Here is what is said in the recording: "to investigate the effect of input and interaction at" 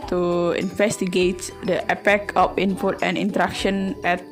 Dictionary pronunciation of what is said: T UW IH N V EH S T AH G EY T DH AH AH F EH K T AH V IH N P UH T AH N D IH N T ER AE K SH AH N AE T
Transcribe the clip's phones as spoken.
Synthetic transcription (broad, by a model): T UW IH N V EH S T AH G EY T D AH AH P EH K AH F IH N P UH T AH N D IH N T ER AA K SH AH N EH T